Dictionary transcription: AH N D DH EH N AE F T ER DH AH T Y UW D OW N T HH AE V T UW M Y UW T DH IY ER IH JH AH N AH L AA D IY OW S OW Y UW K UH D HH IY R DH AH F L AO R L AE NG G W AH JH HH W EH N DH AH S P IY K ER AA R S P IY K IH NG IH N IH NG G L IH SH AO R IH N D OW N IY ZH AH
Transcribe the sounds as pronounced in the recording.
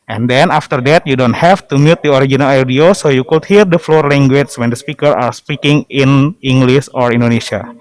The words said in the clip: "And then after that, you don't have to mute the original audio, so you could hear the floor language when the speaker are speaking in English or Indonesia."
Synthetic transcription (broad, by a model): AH N D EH N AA F T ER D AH T Y UW D OW N T HH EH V T UW M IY T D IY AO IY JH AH N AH L AA D IY OW S OW Y UW K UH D HH IY R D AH F L AO R L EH NG G W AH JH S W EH N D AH S P IY K ER AA R S P IY K IH NG IH N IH NG G L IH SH AO R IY N D OW N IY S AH